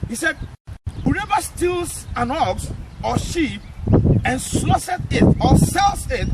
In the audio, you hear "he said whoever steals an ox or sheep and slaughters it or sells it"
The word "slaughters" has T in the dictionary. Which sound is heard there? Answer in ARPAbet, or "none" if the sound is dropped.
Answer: S